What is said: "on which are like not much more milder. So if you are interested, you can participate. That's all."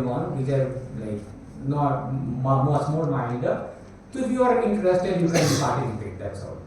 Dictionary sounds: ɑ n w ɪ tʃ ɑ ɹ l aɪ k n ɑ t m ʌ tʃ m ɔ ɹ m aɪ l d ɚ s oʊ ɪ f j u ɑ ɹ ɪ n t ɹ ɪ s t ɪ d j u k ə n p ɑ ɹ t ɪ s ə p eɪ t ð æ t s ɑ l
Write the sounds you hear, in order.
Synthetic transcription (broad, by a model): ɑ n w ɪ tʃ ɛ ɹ l aɪ k n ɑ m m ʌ s m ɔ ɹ m aɪ n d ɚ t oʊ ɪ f j u ɑ ɹ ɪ n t ɹ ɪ s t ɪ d j u k ə n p ɑ ɹ t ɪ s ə p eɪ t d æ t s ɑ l